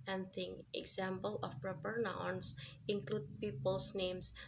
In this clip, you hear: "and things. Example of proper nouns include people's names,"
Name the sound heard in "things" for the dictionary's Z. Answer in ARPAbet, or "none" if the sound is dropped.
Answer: none